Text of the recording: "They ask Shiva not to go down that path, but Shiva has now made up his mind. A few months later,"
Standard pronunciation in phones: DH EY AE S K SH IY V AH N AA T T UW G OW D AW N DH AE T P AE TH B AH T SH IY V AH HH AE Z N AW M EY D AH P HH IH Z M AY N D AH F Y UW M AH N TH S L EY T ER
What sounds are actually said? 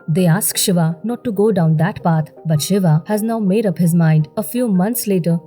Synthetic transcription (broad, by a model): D EY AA S K SH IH V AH N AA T T UW G OW D AW N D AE T P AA T B AH T SH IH V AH HH AE Z N AW M EY D AH P HH IH Z M AY N D AH F Y UW M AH N T S L EY T ER